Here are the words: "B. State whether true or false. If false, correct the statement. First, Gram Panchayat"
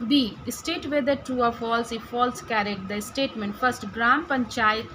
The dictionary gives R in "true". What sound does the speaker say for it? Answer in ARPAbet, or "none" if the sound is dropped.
none